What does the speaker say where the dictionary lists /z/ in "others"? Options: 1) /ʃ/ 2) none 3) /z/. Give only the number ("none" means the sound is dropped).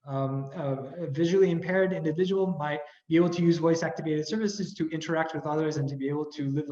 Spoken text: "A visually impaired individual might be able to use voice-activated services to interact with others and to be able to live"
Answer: 3